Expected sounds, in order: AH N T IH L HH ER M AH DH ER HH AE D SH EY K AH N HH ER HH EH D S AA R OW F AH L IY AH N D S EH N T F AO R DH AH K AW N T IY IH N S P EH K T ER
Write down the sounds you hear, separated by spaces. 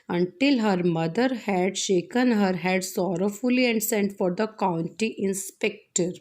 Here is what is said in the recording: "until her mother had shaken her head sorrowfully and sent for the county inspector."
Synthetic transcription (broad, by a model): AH N T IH L HH ER M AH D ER HH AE D SH EY K AH N HH ER HH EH D S AA R OW F AH L IY AH N D S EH N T F AO R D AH K AW N T IY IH N S P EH K T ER